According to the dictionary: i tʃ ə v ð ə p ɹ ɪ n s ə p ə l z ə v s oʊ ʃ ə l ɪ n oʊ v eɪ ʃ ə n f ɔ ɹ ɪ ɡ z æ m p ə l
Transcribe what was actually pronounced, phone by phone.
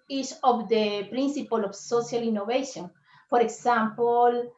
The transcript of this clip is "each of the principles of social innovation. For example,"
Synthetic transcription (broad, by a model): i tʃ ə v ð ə p ɹ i n s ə p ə l ə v s oʊ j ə l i n oʊ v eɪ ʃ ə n f ɔ ɹ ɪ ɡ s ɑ m p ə l